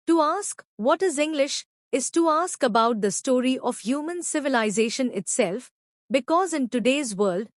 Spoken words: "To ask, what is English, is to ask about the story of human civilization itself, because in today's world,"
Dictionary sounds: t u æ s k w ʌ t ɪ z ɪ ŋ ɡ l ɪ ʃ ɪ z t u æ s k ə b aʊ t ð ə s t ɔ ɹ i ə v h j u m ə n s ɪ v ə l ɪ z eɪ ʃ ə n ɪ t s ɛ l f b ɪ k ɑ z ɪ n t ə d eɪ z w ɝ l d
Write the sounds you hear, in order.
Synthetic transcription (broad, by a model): t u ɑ s k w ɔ t ɪ z ɪ ŋ ɡ l ɪ ʃ ɪ z t u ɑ s k ə b aʊ t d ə s t ɔ ɹ i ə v h j u m ə n s ɪ v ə l ɪ z eɪ ʃ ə n ɪ t s ɛ l f b ɪ k ɑ z ɪ n t ə d eɪ z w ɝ l d